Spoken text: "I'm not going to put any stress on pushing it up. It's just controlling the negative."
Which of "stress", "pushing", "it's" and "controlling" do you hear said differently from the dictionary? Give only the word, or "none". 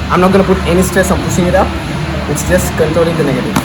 pushing